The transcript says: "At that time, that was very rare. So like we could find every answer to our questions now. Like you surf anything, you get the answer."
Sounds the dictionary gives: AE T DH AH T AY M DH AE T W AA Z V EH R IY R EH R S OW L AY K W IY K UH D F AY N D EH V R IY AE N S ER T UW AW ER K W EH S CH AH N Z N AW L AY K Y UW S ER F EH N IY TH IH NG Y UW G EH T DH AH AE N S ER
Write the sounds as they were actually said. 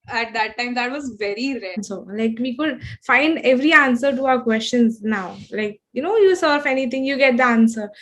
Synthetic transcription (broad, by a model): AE T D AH T AY M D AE T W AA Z V EH R IY R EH S OW L AY K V IY K UH D F AY N D EH V R IY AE N S ER T UW AW ER K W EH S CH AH N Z N AW L AY K Y UW S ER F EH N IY T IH NG Y UW G EH T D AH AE N S ER